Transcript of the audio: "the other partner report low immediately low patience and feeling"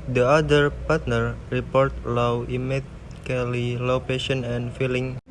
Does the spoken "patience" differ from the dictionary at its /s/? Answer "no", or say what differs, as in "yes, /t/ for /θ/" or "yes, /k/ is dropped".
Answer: yes, /s/ is dropped